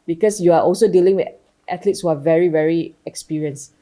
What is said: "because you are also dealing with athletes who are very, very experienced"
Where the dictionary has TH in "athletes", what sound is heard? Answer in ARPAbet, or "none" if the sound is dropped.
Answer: T